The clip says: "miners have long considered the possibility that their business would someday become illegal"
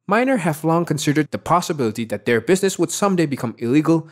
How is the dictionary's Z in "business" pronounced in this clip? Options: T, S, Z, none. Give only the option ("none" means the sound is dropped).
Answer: Z